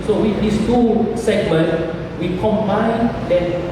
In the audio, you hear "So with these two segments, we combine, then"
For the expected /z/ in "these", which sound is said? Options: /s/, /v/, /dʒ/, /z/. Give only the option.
/s/